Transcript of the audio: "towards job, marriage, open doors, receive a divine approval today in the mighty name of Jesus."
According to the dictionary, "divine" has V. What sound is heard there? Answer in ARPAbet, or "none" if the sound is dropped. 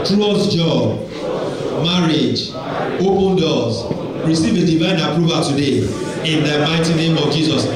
V